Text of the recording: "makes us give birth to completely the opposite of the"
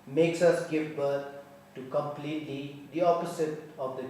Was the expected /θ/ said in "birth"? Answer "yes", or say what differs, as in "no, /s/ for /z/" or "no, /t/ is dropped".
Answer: no, /t/ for /θ/